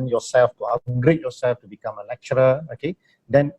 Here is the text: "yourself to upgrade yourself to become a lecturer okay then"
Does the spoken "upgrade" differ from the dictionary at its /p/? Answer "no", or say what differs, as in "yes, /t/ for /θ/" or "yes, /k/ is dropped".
yes, /p/ is dropped